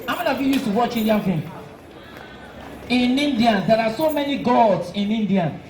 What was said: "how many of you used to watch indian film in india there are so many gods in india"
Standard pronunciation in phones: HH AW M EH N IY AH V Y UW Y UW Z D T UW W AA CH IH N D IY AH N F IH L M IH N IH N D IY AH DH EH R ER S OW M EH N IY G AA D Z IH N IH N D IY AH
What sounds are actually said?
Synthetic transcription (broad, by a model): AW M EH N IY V Y UW Y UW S T UW W AA CH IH N D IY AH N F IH M IH N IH N D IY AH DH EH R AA S OW M EH N IY G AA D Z IH N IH N D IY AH